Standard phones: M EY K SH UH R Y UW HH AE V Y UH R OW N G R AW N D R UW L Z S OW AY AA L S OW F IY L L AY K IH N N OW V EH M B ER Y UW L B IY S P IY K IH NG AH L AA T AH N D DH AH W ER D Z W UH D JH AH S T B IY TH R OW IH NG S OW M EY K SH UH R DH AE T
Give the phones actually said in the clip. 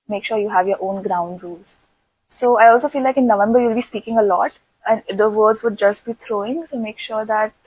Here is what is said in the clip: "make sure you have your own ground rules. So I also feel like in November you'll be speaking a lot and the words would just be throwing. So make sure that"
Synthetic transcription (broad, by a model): M EY K SH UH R Y UW HH AE V Y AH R OW N G R AW N D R UW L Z S OW AY AA L S OW F IY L L AY K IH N N OW V EH M B ER Y UW L B IY S P IY K IH NG AH L AA T AH N D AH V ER D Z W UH D JH AH S T B IY T R OW IH NG S OW M EY K SH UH R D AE T